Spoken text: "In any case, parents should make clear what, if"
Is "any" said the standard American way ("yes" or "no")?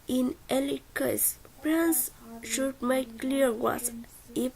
no